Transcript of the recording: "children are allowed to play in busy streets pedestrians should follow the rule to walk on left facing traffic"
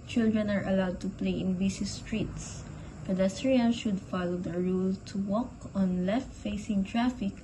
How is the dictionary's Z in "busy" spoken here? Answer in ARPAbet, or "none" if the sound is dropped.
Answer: S